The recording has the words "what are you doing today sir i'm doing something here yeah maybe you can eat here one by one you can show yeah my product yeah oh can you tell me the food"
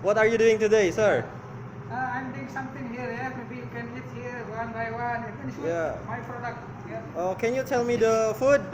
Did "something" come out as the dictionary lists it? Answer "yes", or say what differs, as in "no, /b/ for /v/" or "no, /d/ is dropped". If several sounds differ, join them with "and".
no, /t/ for /θ/